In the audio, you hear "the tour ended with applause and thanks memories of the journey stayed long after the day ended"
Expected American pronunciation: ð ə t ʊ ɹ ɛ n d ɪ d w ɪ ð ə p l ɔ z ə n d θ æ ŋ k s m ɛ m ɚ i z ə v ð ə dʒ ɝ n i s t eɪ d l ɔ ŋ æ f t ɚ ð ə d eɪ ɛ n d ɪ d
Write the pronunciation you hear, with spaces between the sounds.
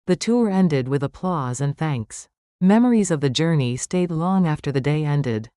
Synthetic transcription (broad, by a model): ð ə t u ɹ ɛ n d ɪ d w ɪ ð ə p l ɔ z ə n θ æ ŋ k s m ɛ m ɚ i z ə v ð ə dʒ ɝ n i s t eɪ d l ɔ ŋ æ f t ɚ ð ə d eɪ ɛ n d ɪ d